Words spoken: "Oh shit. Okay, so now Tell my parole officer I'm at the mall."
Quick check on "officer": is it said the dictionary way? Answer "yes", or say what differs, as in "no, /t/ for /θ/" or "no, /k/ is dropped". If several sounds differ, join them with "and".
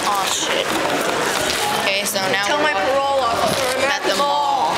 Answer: no, /f/ is dropped and /s/ is dropped